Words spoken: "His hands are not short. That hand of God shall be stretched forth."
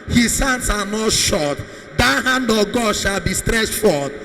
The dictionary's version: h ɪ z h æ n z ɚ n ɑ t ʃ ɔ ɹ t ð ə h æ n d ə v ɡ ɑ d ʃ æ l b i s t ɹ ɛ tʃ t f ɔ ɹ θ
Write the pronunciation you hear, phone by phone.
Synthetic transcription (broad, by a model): h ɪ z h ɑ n s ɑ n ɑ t ʃ ɔ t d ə h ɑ n d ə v ɡ ɑ d ʃ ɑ l b i s t ɹ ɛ s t f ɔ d